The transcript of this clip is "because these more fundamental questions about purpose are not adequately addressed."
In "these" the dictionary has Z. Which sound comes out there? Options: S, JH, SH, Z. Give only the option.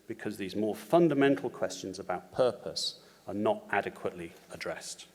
Z